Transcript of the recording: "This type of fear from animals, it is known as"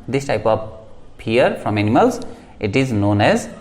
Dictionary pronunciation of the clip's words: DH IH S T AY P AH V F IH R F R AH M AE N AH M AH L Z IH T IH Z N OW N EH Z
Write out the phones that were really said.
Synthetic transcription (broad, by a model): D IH S T AY P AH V P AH R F R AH M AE N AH M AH L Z IH T IH Z N OW N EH Z